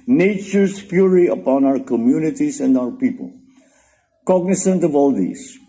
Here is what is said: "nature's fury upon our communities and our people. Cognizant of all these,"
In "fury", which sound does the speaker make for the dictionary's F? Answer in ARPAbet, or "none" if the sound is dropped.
P